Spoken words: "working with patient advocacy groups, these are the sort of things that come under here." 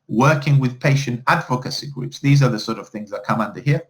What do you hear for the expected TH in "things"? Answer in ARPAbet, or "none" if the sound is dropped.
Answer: TH